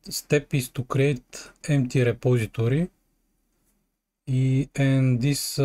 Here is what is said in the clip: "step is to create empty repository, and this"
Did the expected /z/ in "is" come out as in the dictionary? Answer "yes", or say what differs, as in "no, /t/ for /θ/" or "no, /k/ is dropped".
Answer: no, /s/ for /z/